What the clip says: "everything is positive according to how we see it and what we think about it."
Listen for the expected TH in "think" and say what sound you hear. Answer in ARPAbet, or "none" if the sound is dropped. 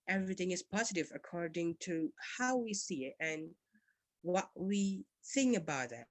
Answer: TH